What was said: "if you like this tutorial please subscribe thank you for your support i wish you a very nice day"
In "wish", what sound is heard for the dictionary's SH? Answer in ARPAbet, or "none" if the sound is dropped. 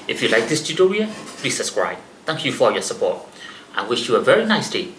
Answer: SH